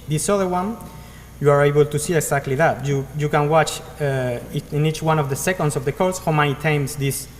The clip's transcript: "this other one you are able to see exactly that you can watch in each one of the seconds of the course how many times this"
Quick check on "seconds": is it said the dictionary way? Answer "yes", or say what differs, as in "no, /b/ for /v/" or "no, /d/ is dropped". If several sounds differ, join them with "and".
no, /s/ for /z/